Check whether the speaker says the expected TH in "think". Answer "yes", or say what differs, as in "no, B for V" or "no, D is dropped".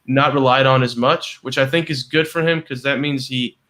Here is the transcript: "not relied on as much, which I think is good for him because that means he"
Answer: yes